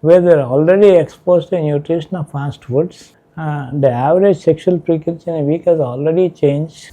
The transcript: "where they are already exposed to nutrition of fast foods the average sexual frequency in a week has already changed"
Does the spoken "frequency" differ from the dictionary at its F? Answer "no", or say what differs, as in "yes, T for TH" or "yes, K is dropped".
yes, P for F